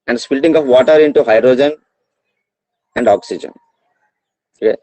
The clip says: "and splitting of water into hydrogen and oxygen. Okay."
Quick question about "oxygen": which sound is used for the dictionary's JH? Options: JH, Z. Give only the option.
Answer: JH